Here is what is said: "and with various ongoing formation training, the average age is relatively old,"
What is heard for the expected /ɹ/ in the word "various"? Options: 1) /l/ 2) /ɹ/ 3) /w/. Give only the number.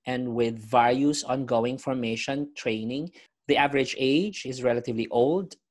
1